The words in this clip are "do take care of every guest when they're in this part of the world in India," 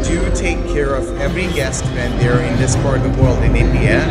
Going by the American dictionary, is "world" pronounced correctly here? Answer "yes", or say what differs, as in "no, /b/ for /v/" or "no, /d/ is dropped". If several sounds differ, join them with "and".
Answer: yes